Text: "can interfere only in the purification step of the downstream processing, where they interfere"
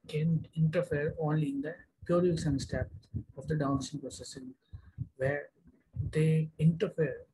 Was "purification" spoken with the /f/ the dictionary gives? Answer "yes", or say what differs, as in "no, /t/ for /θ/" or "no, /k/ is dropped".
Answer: no, /f/ is dropped